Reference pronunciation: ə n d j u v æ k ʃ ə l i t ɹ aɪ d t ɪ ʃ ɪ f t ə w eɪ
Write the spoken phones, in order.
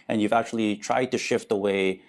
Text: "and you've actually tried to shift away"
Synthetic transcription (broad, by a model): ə n j u v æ k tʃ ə l i t ɹ aɪ d t ɪ ʃ ɪ f t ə w eɪ